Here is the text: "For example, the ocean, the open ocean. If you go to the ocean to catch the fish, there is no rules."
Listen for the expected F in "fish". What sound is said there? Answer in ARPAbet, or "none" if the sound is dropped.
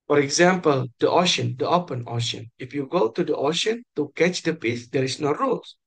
P